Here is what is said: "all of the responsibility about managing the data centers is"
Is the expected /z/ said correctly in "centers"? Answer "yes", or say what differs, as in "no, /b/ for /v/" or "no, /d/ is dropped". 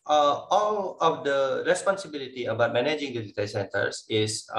no, /s/ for /z/